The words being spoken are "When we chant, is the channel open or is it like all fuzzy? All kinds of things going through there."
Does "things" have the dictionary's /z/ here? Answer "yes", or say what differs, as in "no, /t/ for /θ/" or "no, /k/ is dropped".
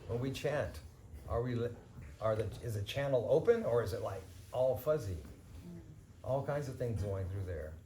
yes